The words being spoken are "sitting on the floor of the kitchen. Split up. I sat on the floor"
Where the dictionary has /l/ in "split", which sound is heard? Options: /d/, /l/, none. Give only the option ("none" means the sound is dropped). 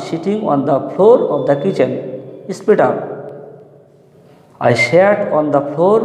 none